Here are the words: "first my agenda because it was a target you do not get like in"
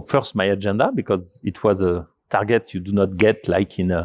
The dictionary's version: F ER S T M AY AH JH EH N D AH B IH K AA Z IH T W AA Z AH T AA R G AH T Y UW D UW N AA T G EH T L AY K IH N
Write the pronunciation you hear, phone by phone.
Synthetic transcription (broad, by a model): F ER S T M AY AH JH EH N D AH B IH K AA Z IH T W AA Z AH T AA R G AH T Y UW D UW N AA T G EH T L AY K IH N